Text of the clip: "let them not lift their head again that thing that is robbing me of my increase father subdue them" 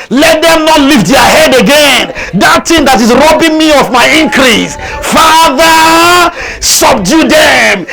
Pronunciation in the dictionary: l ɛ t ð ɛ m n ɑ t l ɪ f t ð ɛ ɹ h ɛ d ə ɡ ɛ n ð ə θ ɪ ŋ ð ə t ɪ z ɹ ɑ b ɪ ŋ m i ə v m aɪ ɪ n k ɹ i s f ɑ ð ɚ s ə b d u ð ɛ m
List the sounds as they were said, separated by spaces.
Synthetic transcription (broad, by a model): l ɛ t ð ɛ m n ɑ t l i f t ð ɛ h ɛ d ə ɡ ɛ n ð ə t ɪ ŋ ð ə t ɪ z ɹ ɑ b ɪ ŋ m i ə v m aɪ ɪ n k ɹ i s f ɑ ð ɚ s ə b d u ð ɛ m